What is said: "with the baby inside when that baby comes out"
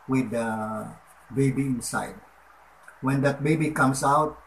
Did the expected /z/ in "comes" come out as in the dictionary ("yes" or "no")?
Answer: no